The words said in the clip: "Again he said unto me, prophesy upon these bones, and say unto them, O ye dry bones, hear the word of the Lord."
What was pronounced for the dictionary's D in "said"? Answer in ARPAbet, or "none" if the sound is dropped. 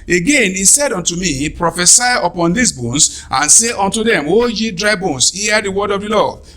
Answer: D